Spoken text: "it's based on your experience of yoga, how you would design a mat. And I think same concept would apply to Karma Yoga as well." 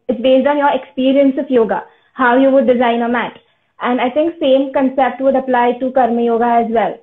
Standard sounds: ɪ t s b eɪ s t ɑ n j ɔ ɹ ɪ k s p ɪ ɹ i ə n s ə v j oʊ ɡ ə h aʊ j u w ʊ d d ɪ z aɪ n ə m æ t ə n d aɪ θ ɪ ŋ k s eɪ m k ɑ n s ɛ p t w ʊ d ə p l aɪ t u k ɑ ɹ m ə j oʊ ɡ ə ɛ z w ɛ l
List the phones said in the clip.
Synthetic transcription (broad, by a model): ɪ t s b eɪ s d ɑ n j ɔ ɹ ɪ k s p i ɹ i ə n s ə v j oʊ ɡ ə h aʊ j u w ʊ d d ɪ z aɪ n ə m æ t ə n d aɪ t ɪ ŋ k s eɪ m k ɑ n s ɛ p t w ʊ d ə p l aɪ t u k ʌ ɹ m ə j oʊ ɡ ə ɛ z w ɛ l